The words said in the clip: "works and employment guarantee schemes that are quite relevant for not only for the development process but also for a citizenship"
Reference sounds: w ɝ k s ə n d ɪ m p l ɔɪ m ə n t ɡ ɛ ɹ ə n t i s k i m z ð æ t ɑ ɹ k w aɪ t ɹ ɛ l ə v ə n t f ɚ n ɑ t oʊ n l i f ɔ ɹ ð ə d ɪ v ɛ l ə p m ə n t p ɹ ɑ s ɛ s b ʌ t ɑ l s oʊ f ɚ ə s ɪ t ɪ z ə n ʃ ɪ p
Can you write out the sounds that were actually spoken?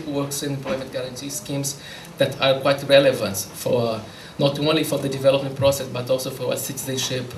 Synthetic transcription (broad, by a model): w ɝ k s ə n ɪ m p l ɔɪ m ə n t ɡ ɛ ɹ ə n t i s k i m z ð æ t ɑ ɹ k w aɪ t ɹ ɛ l ə v ə n t f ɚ n ɑ t oʊ n l i f ɔ ɹ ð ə d ɪ v ɛ l ə p m ə n t p ɹ ɑ s ɛ s b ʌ t ɑ l s oʊ f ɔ ə s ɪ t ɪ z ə n ʃ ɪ p